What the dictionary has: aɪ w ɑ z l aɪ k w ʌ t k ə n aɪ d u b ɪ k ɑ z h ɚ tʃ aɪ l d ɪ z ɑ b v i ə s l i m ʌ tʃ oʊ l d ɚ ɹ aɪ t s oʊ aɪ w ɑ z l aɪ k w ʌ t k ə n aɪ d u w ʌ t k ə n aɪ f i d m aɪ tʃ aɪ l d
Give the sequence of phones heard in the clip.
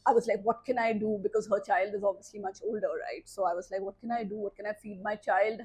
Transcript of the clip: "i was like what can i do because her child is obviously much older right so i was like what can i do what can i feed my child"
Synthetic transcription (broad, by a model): aɪ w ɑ z l aɪ k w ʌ t k ə n aɪ d u b ɪ k ɑ z h ɚ tʃ aɪ l d ɪ z ɑ b v i ə s l i m ʌ tʃ oʊ l d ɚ ɹ aɪ t s oʊ aɪ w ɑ z l aɪ k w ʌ t k ə n aɪ d u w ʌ t k ə n aɪ f i d m aɪ tʃ aɪ l d